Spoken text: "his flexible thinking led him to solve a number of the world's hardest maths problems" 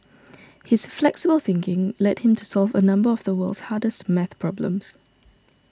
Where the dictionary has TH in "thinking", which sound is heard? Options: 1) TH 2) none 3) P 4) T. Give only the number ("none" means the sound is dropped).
1